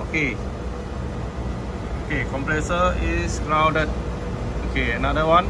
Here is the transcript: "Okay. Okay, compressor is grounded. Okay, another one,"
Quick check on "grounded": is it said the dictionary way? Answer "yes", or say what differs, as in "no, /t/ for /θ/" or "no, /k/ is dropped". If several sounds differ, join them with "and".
no, /n/ is dropped